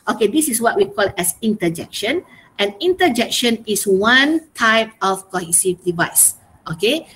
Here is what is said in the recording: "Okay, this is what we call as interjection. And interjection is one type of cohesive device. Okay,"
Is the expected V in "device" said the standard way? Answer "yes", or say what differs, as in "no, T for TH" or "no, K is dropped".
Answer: yes